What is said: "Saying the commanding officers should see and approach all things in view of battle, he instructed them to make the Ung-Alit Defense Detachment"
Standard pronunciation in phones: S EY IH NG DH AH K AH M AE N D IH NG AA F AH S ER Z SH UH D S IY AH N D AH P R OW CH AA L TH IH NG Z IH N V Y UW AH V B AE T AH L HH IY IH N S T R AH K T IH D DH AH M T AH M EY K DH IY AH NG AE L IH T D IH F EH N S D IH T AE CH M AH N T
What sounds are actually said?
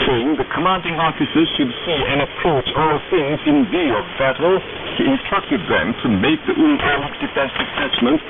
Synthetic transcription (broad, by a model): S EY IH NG DH AH K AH M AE N D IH NG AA F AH S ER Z SH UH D S IY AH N AH P R OW CH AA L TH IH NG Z IH N V Y UW AH V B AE T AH L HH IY IH N S T R AH K T IH D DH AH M T AH M EY K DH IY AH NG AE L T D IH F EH S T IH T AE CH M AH N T